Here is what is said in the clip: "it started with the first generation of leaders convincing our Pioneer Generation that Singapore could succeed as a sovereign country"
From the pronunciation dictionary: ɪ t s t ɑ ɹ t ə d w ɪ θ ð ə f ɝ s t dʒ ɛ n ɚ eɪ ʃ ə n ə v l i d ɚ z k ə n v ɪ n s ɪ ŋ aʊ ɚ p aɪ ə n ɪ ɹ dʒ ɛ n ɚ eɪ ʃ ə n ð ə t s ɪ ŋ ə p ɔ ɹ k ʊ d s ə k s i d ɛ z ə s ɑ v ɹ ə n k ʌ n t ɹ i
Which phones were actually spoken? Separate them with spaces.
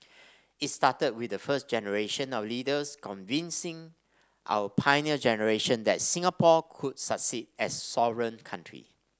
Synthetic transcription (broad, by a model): ɪ t s t ɑ t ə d w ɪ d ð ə f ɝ s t dʒ ɛ n ɚ eɪ ʃ ə n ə w l i d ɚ s k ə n v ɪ n s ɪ ŋ aʊ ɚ p aɪ n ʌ dʒ ɛ n ɚ eɪ ʃ ə n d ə t s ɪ ŋ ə p ɔ k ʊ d s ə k s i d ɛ s ɑ v ɹ ə n k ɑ n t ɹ i